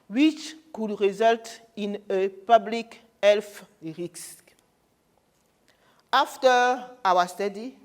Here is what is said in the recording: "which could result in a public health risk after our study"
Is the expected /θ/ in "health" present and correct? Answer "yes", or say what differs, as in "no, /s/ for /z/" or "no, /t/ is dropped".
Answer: no, /f/ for /θ/